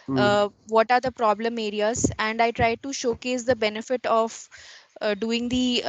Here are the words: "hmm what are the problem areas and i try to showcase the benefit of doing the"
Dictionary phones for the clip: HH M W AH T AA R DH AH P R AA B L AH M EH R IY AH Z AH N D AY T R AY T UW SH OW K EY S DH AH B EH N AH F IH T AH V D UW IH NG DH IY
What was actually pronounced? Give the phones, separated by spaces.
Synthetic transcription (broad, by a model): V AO T AA R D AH P R AA B L AH M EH R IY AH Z AH N D AY T R AY T UW SH OW K EY S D AH B EH N AH F IH T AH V D UW IH NG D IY